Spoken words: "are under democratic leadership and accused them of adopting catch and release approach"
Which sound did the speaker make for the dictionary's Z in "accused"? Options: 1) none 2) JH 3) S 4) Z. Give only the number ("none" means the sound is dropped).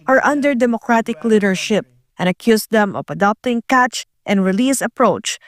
3